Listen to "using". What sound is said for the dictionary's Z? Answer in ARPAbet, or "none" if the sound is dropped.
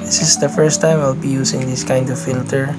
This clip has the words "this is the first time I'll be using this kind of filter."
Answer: S